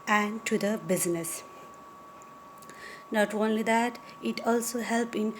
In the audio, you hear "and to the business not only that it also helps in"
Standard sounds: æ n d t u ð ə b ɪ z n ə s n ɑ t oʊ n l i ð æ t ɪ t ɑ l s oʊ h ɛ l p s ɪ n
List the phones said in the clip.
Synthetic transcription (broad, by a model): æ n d t u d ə b ɪ z n ə s n ɑ t oʊ n l i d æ t ɪ t ɑ l s oʊ h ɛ l p ɪ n